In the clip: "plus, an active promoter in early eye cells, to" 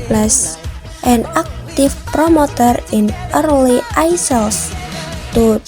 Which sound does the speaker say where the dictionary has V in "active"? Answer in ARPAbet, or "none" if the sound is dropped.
F